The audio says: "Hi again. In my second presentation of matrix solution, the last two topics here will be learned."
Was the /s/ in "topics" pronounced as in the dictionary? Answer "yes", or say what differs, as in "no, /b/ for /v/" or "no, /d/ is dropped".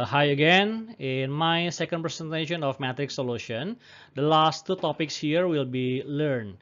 yes